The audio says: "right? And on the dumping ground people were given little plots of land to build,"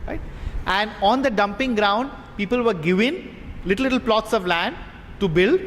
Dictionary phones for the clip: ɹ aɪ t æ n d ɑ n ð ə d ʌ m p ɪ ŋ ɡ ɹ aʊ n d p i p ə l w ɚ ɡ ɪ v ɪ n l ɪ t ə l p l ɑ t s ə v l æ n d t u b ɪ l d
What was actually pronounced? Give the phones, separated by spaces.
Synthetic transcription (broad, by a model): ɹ aɪ t æ n d ɑ n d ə d ʌ m p ɪ ŋ ɡ ɹ aʊ n d p i p ə l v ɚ ɡ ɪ v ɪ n l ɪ t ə l p l ɑ t s ə v l æ n d t u b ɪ l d